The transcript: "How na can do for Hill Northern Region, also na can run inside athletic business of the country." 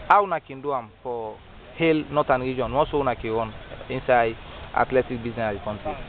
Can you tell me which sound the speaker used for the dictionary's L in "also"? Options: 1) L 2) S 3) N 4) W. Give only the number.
3